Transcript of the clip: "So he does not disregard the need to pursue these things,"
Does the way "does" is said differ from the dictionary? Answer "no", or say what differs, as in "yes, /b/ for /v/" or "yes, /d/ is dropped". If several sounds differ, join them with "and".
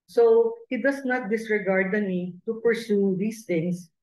yes, /s/ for /z/